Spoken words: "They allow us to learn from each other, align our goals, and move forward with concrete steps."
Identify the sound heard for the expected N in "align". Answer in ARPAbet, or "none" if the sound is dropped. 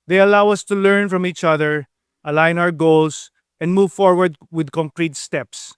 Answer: N